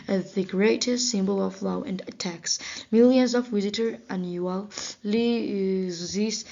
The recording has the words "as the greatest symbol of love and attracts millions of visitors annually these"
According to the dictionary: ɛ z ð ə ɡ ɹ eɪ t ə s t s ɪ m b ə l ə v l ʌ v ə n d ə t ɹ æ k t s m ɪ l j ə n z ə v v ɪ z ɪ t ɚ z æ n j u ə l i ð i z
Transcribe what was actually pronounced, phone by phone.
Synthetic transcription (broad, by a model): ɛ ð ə ɡ ɹ eɪ t ə s t s ɪ m b ə l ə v l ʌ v ə n d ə t æ k s m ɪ l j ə n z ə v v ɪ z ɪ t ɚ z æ n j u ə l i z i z